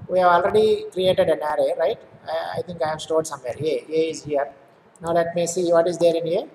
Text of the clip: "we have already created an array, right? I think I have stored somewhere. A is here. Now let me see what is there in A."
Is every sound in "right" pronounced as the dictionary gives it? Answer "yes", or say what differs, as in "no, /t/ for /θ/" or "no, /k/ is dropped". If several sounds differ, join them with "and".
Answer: yes